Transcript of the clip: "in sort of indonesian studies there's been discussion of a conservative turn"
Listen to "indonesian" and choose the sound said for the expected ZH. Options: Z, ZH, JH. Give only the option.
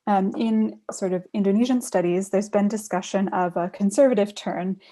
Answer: ZH